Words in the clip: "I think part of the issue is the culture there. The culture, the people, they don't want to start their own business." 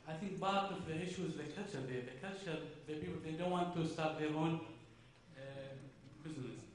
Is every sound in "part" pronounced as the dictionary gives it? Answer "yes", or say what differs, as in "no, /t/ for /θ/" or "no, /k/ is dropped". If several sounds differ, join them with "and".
no, /b/ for /p/